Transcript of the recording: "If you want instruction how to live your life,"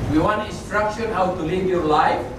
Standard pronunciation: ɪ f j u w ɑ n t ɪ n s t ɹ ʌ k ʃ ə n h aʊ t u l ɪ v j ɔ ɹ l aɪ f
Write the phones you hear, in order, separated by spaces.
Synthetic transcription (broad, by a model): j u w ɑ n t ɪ n s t ɹ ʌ k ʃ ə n h aʊ t u l ɪ v j ɔ ɹ l aɪ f